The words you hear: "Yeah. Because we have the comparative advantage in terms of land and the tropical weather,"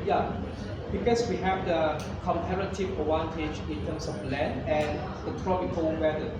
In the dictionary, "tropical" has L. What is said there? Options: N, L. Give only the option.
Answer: N